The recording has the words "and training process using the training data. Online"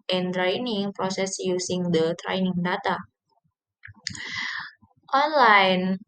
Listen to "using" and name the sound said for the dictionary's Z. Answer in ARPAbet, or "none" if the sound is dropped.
S